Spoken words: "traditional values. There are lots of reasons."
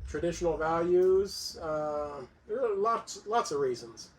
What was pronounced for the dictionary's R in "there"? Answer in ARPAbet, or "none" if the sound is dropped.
L